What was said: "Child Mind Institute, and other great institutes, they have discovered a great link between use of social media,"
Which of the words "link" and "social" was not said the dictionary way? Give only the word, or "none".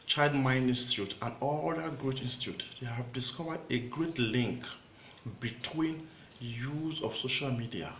none